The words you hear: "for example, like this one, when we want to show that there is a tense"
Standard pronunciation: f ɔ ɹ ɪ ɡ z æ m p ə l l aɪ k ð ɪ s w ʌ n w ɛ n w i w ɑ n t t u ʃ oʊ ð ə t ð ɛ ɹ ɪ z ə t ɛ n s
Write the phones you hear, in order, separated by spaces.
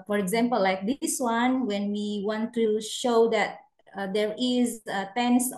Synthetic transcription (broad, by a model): f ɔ ɹ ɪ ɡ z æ m p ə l l aɪ k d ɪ s w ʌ n w ɛ n w i w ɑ n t t u ʃ oʊ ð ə t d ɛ ɹ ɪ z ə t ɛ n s